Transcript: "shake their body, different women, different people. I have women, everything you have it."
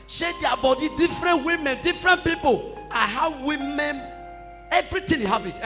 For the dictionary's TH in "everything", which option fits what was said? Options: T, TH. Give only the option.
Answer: T